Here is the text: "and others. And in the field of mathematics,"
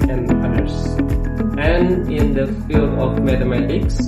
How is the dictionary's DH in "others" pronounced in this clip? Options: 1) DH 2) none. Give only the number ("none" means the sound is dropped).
2